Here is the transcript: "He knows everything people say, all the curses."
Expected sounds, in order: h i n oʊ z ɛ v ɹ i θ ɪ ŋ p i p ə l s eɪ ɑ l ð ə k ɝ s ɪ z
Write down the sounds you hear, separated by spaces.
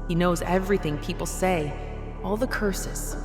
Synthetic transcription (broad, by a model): h i n oʊ z ɛ v ɹ i θ ɪ ŋ p i p l s eɪ ɑ l ð ə k ɝ s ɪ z